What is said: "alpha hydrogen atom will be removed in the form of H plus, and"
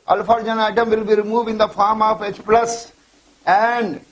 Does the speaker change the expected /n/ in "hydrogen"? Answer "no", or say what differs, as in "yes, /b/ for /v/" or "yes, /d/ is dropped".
yes, /n/ is dropped